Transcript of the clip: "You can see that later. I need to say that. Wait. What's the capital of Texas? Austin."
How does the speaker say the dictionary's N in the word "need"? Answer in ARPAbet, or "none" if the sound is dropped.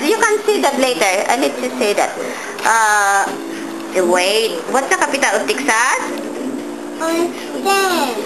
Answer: L